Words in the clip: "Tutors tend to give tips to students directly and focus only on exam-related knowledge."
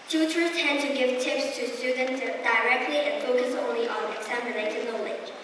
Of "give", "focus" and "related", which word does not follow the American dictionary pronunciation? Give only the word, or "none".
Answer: related